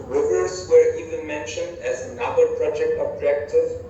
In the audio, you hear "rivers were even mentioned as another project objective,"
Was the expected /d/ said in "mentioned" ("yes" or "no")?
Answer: yes